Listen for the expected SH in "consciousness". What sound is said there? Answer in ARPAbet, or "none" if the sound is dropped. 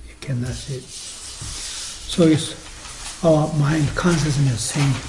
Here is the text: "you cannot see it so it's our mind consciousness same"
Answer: S